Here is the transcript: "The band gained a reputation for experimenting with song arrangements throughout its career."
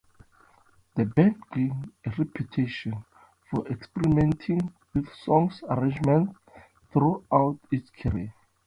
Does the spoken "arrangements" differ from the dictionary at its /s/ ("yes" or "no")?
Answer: yes